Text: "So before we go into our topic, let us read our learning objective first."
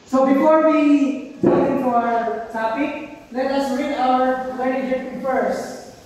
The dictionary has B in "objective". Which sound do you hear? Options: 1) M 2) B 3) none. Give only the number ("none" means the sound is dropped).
3